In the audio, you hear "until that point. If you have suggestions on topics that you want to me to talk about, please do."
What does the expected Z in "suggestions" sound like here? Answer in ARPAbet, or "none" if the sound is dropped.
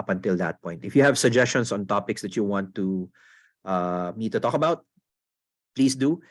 S